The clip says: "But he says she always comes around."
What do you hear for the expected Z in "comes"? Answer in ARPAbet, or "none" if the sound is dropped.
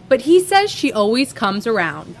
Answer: Z